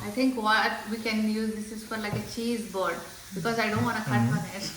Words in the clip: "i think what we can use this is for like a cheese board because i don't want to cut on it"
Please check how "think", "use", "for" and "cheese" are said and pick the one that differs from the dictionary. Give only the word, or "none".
think